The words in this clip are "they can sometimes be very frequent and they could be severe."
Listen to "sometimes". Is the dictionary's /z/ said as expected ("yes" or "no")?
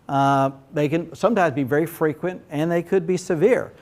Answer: yes